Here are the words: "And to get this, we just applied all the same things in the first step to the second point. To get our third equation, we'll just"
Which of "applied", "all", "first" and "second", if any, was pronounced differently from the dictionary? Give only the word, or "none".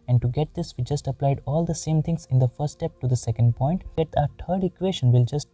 first